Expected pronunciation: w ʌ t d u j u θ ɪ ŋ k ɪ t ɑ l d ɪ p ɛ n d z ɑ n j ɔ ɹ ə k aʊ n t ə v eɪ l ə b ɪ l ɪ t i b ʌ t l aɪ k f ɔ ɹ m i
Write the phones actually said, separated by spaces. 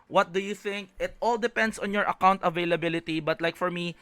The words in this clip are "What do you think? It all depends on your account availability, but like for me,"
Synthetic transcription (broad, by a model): w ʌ t d u j u θ ɪ ŋ k ɪ t ɑ l d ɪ p ɛ n d s ɑ n j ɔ ɹ ə k aʊ n t ə v eɪ l ə b ɪ l ɪ t i b ʌ t l aɪ k f ɔ ɹ m i